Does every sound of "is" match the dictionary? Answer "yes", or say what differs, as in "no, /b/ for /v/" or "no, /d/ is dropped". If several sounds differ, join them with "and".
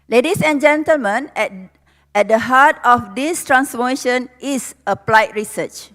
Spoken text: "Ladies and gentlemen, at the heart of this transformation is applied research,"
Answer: no, /s/ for /z/